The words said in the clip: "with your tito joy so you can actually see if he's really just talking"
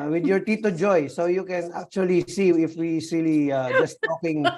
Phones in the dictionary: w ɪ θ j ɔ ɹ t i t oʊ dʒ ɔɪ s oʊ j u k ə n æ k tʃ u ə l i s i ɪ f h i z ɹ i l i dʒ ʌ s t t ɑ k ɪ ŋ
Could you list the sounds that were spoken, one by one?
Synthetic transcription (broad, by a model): w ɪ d j ɔ ɹ t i t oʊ dʒ ɔɪ s oʊ j u k ə n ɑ k tʃ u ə l i s i ɪ f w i s ɹ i l i dʒ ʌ s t t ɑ k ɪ ŋ